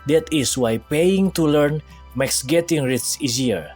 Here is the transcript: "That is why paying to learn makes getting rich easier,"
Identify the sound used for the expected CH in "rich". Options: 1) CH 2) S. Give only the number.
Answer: 2